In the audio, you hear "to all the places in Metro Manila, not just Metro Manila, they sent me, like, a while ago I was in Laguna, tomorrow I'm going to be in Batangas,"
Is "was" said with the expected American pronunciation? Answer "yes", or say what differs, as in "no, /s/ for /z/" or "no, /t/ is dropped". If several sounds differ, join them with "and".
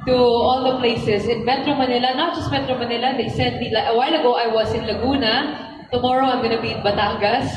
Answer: no, /s/ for /z/